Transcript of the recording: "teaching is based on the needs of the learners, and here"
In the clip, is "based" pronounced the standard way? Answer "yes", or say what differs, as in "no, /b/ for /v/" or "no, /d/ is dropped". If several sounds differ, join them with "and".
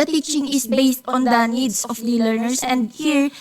yes